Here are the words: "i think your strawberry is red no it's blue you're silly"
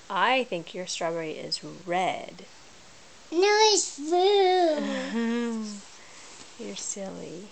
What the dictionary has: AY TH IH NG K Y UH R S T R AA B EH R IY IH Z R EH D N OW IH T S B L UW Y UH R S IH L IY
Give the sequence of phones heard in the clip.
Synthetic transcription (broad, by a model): AY TH IH NG K Y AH R S T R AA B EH R IY IH Z R EH D N OW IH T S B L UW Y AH R S IH L IY